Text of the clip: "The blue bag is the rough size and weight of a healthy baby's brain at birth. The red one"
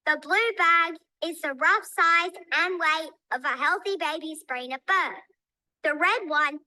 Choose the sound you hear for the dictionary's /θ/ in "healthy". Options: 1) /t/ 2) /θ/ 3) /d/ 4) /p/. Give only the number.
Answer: 2